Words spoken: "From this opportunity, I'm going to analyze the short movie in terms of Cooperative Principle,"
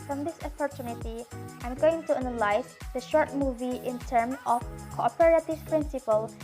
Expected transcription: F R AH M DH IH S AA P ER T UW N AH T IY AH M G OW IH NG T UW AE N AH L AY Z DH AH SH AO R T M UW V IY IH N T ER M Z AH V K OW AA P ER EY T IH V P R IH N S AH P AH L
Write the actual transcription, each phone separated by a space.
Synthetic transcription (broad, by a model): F R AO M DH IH S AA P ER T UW N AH T IY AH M G OW IH NG T UW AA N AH L AY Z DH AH SH AO R T M UW V IY IH N T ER M AH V K OW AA P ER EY T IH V P R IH N S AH P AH L